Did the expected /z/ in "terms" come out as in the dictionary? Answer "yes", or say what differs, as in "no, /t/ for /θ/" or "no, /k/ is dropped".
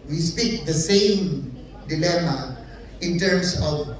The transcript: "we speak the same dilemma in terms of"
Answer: no, /s/ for /z/